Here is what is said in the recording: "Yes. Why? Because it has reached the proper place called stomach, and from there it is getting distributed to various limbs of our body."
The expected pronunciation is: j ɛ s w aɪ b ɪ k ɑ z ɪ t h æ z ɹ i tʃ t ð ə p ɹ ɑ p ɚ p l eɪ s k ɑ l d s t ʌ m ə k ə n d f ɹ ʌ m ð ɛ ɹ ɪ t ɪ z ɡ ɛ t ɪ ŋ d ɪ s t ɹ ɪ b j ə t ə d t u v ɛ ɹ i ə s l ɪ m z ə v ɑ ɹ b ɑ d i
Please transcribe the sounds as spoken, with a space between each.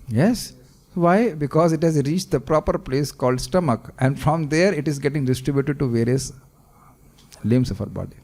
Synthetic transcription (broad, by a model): j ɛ s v aɪ b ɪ k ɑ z ɪ t h æ z ɹ i tʃ t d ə p ɹ ɑ p ɚ p l eɪ s k ɑ l d s t ʌ m ə k ə n d f ɹ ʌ m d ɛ ɹ ɪ t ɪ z ɡ ɛ t ɪ ŋ d ɪ s t ɹ ɪ b j ə t ə d t u v ɛ ɹ i ə s l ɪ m s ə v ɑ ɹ b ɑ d i